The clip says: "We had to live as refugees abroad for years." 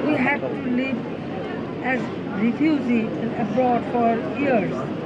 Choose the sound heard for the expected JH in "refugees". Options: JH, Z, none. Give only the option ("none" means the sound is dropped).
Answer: Z